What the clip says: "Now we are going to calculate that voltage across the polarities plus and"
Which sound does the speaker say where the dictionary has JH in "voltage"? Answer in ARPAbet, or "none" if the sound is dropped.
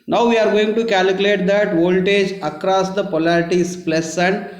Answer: JH